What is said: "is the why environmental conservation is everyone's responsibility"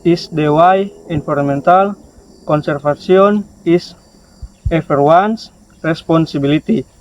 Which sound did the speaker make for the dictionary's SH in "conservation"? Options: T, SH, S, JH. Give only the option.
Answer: S